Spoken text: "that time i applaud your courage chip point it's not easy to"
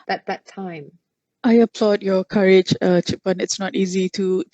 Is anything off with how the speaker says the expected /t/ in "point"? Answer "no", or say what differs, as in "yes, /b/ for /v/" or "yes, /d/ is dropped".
yes, /t/ is dropped